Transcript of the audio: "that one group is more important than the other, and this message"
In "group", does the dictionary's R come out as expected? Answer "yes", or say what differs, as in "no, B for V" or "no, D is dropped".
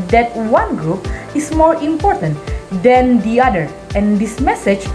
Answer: yes